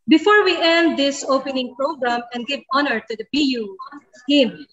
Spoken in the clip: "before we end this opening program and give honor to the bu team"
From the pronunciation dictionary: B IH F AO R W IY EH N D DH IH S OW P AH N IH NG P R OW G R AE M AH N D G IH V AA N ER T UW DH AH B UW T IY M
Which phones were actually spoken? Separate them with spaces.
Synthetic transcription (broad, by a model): B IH F AO R W IY EH N D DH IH S OW P AH N IH NG P R OW G R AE M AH N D G IH V AA N ER T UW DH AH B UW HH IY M